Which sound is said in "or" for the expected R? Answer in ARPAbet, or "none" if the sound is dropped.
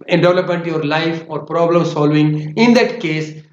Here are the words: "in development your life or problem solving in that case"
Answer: R